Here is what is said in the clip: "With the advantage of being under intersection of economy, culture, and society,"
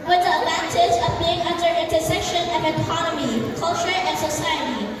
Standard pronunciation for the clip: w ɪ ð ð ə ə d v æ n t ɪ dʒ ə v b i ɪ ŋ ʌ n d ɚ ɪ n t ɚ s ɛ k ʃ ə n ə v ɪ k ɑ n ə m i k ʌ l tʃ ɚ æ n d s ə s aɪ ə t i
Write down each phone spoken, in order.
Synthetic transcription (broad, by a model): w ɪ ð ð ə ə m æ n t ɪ z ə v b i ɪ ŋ ʌ n d ɚ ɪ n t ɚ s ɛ ʃ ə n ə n ɪ k ɑ n ə m i k ʌ l tʃ ɚ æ n s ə s aɪ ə t i